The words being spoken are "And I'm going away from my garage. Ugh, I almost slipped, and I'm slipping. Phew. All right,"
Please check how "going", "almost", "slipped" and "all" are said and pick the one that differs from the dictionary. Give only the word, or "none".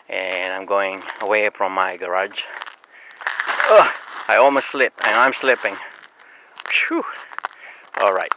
slipped